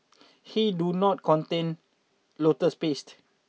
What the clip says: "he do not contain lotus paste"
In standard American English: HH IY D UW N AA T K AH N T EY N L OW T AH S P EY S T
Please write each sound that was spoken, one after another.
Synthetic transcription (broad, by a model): HH IY D UW N AA T K AH N T EY N L OW T AH S P EY S T